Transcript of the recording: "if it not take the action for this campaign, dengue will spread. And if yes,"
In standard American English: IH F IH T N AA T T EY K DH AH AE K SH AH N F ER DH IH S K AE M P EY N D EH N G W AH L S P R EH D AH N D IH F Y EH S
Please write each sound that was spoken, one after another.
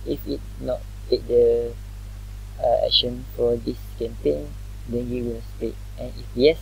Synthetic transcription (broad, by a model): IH F IH T N AA T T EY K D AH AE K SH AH N F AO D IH S K AE M P EY N D EH N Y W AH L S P EH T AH N IH F Y EH S